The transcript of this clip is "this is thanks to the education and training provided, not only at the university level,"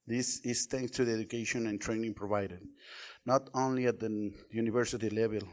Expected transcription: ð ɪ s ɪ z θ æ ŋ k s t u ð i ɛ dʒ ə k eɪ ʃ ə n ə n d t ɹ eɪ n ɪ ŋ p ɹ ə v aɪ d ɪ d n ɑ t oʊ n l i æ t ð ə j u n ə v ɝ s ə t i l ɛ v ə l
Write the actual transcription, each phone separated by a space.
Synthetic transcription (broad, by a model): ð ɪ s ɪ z t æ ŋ k s t u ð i ɛ dʒ ə k eɪ ʃ ə n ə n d t ɹ eɪ n ɪ ŋ p ɹ ə v aɪ d ɪ d n ɑ t oʊ n l i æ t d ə j u n ə v ɝ s ə t i l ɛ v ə l